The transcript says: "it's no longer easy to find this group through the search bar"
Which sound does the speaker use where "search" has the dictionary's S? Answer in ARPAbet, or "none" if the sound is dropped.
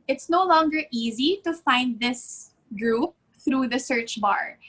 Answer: S